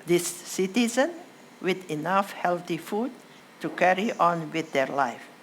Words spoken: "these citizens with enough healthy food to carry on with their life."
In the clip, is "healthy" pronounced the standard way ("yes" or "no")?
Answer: no